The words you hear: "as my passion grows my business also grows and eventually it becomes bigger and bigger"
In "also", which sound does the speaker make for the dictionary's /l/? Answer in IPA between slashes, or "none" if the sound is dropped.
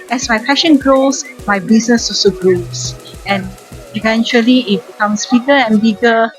none